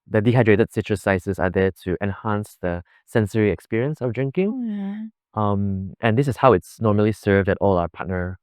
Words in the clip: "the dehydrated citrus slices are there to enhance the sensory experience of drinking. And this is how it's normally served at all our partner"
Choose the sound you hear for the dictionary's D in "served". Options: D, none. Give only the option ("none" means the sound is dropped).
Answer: D